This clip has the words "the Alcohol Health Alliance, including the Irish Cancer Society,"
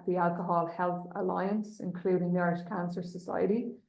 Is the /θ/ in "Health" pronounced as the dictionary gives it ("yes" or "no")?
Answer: yes